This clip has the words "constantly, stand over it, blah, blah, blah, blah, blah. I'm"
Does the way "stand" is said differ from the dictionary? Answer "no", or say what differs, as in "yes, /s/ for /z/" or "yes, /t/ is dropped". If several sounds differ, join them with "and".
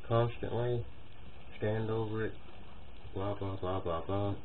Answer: no